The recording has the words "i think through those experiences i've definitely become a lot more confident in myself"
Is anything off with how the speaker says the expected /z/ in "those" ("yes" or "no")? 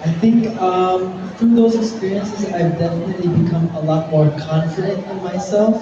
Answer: no